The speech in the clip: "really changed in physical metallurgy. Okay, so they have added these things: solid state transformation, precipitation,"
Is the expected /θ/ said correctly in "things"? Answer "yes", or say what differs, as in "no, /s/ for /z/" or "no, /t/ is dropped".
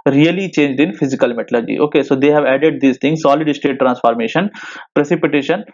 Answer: no, /t/ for /θ/